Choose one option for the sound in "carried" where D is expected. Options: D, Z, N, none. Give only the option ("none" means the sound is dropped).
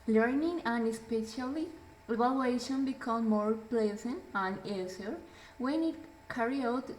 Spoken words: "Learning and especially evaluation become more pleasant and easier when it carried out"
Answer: none